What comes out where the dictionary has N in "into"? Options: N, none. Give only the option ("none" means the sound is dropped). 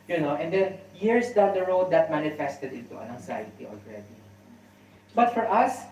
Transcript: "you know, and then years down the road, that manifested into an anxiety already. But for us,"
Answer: none